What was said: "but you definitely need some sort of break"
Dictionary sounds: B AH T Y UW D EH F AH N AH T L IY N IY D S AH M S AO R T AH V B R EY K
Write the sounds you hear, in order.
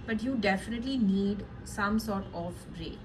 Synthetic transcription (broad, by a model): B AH T Y UW D EH F AH N AH T L IY N IY D S AH M S AO R T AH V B R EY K